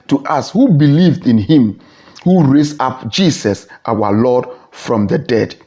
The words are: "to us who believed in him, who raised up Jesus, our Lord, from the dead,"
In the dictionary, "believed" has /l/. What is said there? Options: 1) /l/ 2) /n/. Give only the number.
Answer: 1